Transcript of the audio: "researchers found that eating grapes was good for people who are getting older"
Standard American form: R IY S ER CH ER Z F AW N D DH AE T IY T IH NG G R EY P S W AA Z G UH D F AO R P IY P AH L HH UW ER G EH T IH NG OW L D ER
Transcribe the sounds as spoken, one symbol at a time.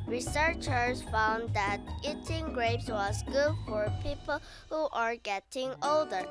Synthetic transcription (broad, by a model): R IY S ER CH ER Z F AW N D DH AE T IY T IH NG G R EY P S W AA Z G UH D F AO R P IY P AH L HH UW ER G EH T IH NG OW L D ER